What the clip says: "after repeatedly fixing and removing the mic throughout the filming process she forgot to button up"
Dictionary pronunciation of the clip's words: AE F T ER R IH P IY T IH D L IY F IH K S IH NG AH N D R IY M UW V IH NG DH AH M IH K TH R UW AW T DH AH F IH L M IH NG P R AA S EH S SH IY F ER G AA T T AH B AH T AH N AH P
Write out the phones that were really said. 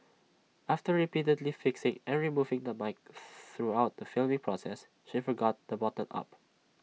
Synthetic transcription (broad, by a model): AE F T ER R IH P IY T IH D L IY F IH K S IH NG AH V R IY M UW V IH NG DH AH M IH K TH R UW AW T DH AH F IH L M IH NG P R AA S EH S SH IY F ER G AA T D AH B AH T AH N AH P